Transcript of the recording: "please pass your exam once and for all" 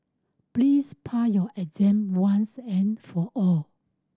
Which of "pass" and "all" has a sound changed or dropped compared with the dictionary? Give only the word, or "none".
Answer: pass